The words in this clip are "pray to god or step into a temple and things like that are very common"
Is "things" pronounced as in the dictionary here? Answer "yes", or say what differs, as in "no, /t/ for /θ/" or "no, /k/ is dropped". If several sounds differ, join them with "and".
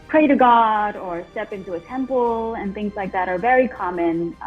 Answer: yes